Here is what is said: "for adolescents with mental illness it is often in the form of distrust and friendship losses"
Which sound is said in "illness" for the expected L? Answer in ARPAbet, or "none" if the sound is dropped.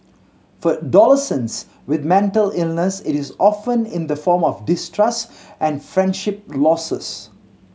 L